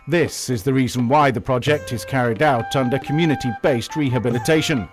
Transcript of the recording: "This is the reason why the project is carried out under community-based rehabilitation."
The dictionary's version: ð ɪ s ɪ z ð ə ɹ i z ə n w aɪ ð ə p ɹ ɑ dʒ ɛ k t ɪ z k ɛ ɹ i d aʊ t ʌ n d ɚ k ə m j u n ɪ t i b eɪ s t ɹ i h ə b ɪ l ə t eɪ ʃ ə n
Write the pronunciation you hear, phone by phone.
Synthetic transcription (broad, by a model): ð ɪ s ɪ z ð ə ɹ i z ə n w aɪ ð ə p ɹ ɑ dʒ ɛ k t ɪ z k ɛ ɹ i d aʊ t ʌ n d ɚ k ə m j u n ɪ t i b eɪ s t ɹ i h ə b ɪ l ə t eɪ ʃ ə n